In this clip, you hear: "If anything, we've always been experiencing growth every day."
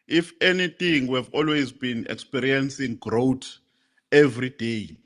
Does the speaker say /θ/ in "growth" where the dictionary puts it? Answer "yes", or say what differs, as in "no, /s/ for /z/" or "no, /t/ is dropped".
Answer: no, /t/ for /θ/